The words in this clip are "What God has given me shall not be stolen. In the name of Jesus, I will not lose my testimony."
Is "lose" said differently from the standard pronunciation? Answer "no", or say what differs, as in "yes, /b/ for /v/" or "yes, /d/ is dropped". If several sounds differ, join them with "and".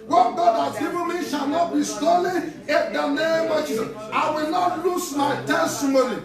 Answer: yes, /s/ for /z/